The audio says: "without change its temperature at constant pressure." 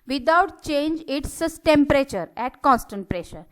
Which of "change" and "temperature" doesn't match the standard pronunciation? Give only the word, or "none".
none